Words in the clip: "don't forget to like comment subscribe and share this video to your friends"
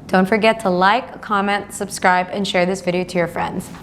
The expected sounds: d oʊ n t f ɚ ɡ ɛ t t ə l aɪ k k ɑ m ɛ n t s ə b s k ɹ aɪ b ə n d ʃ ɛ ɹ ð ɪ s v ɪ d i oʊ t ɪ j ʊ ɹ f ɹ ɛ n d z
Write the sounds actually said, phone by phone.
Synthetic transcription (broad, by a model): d oʊ n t f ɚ ɡ ɛ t t ə l aɪ k k ɑ m ɛ n t s ə b s k ɹ aɪ b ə n ʃ ɛ ɹ ð ɪ s v ɪ d i oʊ t ɪ j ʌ ɹ f ɹ ɛ n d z